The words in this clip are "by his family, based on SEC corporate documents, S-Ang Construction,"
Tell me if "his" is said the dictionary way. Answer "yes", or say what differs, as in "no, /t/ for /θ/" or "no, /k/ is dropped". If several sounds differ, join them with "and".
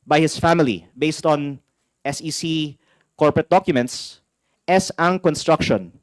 no, /s/ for /z/